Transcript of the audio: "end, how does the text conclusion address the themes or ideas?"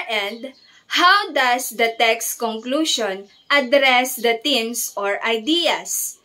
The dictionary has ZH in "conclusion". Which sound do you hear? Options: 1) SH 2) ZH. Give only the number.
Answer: 1